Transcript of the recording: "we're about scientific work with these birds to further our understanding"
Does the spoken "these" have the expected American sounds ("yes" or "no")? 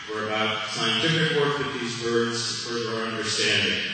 yes